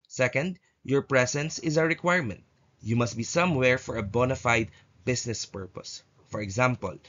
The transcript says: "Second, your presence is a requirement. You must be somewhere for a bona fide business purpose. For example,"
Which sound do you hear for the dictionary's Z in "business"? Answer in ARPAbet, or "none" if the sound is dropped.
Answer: S